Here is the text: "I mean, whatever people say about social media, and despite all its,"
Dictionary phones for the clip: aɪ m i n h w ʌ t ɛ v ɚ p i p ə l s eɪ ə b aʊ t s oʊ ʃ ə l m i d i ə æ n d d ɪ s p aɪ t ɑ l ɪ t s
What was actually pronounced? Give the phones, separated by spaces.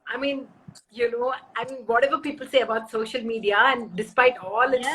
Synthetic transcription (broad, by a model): aɪ m i n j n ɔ t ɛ v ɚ p i p ə l s eɪ ə b aʊ t s oʊ ʃ ə l m i d i ə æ n d d ɪ s p aɪ t ɑ l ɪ